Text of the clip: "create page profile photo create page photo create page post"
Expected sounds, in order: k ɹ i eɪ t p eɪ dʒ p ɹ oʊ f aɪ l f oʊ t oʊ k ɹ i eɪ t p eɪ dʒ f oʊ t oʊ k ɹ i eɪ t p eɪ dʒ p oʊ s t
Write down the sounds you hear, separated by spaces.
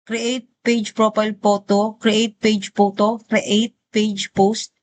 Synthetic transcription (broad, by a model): k ɹ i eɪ t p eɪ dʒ p ɹ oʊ p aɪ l p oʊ t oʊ k ɹ i eɪ t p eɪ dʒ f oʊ t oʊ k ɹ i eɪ t p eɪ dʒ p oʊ s t